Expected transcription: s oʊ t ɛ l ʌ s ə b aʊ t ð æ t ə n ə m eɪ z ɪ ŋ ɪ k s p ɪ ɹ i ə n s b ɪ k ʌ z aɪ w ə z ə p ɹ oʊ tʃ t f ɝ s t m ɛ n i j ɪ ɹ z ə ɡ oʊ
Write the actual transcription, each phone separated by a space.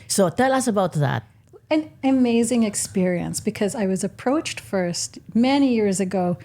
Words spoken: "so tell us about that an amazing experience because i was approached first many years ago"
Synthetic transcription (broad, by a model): s oʊ t ɛ l ʌ s ə b aʊ t ð æ t ə n ə m eɪ z ɪ ŋ ɪ k s p ɪ ɹ i ə n s b ɪ k ʌ z aɪ w ə z ə p ɹ oʊ tʃ t f ɝ s t m ɛ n i j ɪ ɹ z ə ɡ oʊ